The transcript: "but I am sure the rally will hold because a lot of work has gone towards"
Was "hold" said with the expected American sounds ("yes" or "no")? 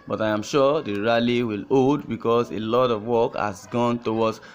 no